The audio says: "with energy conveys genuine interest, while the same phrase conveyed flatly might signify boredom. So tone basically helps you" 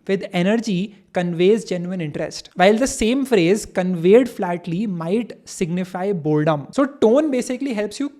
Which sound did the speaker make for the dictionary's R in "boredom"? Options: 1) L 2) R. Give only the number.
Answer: 1